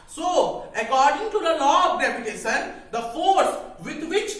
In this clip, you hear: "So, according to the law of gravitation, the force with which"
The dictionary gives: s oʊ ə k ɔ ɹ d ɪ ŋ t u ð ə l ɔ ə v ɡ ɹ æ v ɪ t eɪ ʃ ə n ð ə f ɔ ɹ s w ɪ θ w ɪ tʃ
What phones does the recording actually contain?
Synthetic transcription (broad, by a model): s oʊ ə k ɔ ɹ d ɪ ŋ t u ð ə l ɔ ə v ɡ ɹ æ p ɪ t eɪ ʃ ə n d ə f ɔ ɹ s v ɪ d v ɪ tʃ